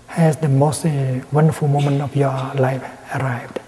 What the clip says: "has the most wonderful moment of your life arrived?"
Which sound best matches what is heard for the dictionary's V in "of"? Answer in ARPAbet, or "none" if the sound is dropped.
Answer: F